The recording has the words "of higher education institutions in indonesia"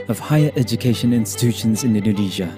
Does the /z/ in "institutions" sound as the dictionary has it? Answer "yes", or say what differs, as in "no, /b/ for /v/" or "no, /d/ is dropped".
yes